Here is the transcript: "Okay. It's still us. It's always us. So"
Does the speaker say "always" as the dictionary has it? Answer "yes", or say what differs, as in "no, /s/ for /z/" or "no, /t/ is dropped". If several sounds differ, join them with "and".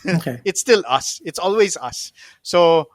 yes